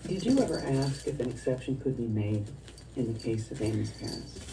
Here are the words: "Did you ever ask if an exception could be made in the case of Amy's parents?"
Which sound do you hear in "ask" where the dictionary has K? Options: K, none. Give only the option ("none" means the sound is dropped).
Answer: K